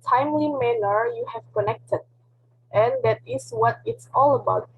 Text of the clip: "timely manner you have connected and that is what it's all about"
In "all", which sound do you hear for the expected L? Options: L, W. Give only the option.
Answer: L